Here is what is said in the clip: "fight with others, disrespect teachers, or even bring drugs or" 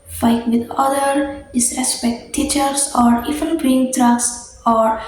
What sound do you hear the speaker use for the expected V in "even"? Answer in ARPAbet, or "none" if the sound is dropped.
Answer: F